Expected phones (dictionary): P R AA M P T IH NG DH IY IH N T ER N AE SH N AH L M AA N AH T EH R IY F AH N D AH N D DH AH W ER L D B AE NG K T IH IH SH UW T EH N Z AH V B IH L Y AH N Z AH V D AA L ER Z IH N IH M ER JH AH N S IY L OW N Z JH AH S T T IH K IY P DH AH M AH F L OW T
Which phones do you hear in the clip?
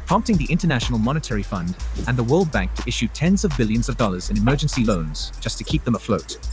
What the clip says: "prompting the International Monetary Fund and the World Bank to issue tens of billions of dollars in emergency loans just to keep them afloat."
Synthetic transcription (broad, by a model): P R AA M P T IH NG DH IY IH N T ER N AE SH N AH L M AA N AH T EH R IY F AH N D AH N DH AH W ER L D B AE NG K T IH IH SH UW T EH N Z AH V B IH L Y AH N Z AH V D AA L ER Z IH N IH M ER JH AH N S IY L OW N Z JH AH S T T IH K IY P DH AH M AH F L OW T